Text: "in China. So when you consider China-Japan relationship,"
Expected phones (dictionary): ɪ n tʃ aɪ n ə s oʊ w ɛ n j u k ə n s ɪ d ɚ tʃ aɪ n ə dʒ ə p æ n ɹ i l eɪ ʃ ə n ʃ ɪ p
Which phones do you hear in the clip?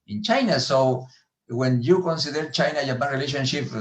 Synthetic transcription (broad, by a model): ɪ n tʃ aɪ n ə s oʊ w ɛ n j u k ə n s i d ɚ tʃ aɪ n ə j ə b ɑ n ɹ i l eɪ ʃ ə n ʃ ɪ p